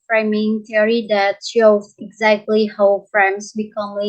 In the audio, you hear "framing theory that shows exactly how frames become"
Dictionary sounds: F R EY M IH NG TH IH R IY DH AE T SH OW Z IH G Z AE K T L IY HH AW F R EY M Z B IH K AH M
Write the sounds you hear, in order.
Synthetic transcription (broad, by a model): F R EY M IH NG T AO R IY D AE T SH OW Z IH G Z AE K T L IY HH AW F R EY M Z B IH K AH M